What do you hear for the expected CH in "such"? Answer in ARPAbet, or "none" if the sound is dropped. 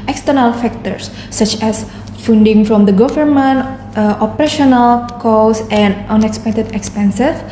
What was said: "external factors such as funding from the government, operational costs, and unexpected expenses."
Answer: CH